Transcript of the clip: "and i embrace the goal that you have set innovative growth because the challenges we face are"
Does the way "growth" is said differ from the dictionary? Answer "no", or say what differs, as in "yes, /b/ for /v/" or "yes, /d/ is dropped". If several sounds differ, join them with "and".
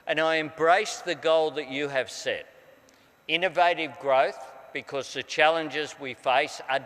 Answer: no